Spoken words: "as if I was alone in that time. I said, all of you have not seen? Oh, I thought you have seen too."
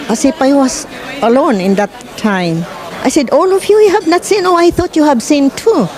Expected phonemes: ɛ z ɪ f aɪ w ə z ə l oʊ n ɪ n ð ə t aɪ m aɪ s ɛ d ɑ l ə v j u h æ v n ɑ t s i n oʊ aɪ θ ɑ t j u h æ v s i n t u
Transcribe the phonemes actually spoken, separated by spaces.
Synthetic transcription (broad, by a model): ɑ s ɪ p aɪ w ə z ə l oʊ n ɪ n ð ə t aɪ m aɪ s ɛ d ɑ l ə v j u h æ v n ɑ t s i n oʊ aɪ θ ɑ t j u h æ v s i n t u